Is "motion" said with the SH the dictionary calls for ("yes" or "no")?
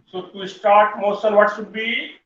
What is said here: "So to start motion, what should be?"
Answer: no